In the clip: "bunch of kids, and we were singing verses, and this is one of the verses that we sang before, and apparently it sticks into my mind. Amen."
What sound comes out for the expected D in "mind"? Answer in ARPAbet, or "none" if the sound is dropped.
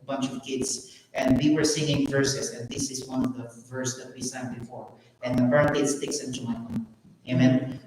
none